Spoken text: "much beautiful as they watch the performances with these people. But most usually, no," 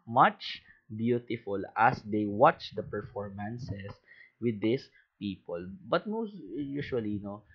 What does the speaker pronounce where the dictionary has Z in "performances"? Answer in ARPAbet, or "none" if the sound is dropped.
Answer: S